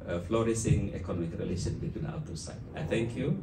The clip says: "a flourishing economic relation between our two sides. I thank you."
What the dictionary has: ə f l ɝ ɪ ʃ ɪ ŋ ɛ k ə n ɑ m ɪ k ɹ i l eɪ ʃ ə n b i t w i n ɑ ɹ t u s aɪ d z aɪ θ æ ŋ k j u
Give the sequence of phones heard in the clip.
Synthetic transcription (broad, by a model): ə f l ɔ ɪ s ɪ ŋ ɛ k ə n ɑ m ɪ k ɹ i l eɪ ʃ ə n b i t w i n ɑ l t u s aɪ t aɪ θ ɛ ŋ k j u